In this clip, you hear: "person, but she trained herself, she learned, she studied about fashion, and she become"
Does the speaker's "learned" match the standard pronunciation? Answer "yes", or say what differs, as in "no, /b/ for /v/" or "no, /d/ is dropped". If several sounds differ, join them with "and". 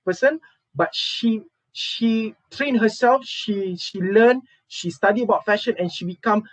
no, /l/ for /n/